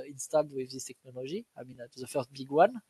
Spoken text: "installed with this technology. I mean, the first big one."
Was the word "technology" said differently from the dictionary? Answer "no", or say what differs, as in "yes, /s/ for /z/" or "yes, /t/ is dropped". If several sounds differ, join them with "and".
yes, /ʒ/ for /dʒ/